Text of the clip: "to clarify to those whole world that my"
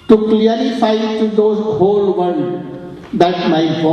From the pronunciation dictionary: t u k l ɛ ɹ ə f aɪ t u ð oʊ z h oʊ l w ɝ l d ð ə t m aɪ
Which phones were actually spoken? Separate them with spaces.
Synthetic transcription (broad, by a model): t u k l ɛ ɹ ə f aɪ t u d oʊ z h oʊ l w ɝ n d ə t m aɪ